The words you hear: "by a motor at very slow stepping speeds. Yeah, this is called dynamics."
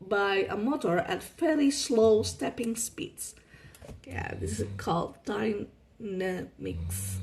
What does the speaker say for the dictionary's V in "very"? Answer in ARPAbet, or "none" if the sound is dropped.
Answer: F